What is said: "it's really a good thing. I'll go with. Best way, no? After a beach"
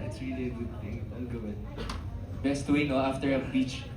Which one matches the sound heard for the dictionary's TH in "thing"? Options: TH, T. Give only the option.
T